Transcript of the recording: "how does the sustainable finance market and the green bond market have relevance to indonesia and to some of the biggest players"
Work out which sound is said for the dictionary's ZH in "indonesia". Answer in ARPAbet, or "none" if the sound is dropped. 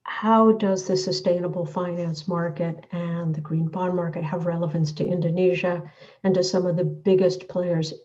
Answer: ZH